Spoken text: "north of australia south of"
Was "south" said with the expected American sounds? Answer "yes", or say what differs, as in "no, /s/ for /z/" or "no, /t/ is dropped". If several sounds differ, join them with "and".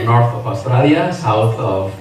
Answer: no, /t/ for /θ/